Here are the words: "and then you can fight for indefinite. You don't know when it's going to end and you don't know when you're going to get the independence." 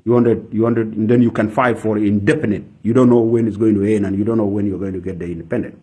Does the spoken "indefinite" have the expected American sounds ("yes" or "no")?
no